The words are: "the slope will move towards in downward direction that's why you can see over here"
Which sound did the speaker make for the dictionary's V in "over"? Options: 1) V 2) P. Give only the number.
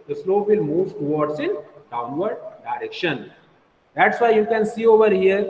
1